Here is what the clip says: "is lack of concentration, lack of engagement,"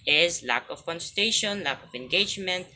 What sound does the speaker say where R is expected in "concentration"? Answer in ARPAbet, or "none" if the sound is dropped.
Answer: none